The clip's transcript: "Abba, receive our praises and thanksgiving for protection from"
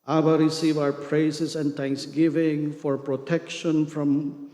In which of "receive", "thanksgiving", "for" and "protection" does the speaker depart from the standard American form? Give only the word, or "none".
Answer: thanksgiving